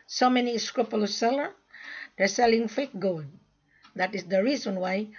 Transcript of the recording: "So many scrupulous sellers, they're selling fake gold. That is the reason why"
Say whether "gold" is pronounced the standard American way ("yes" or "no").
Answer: no